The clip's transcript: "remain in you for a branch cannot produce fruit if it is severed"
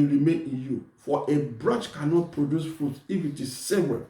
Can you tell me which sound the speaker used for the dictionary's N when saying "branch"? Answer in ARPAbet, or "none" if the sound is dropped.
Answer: none